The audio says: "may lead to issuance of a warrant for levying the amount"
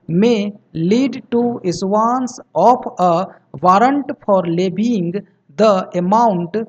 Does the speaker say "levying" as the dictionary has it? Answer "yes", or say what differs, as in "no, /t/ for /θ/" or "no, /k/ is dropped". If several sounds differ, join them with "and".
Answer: no, /b/ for /v/